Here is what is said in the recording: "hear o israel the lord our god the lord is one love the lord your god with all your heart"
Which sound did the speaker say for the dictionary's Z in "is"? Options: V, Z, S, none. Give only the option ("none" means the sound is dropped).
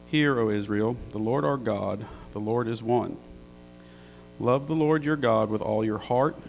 Z